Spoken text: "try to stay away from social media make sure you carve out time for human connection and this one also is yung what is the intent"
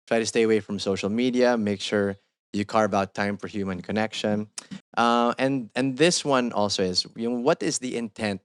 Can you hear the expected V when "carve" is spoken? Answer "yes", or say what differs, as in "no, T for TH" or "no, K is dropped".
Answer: no, B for V